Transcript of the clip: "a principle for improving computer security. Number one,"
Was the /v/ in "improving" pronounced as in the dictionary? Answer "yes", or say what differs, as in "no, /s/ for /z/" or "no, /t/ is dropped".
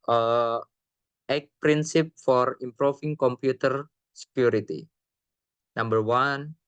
no, /f/ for /v/